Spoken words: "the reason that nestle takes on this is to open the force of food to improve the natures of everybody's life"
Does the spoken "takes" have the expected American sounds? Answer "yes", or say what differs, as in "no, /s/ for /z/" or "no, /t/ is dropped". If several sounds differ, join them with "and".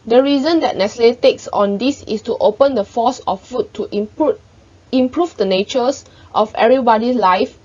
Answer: yes